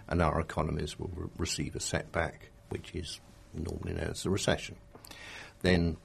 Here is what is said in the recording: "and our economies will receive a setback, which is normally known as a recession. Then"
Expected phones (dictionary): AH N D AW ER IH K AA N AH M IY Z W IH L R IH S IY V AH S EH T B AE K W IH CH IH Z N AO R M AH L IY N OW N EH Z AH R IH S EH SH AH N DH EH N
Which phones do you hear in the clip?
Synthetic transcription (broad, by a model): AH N AW ER IH K AA N AH M IY Z W IH L R IH S IY V AH S EH T B AE K W IH CH IH Z N AO R M AH L IY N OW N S AH R IH S EH SH AH N DH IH N